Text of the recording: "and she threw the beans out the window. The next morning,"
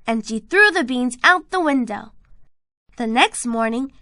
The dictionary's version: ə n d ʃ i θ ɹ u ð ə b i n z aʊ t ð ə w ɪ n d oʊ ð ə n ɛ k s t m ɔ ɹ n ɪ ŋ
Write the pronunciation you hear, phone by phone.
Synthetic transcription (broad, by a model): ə n ʃ i θ ɹ u ð ə b i n z aʊ t ð ə w ɪ n d oʊ ð ə n ɛ k s t m ɔ ɹ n ɪ ŋ